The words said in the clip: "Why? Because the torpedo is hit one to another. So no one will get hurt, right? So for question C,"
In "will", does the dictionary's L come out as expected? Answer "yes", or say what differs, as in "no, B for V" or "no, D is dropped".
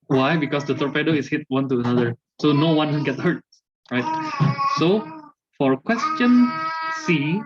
no, N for L